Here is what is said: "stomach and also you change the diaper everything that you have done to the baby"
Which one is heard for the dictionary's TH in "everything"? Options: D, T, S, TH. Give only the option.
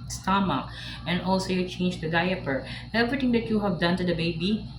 T